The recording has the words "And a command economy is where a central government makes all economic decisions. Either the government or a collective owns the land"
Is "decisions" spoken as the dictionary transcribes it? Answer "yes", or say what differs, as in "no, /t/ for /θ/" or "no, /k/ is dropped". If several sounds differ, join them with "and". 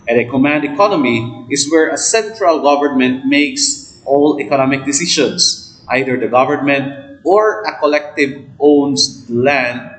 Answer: no, /ʃ/ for /ʒ/